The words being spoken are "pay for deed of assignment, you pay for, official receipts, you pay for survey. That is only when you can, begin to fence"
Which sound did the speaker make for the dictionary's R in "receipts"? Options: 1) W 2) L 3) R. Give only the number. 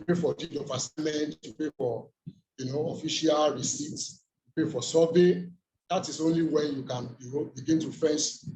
3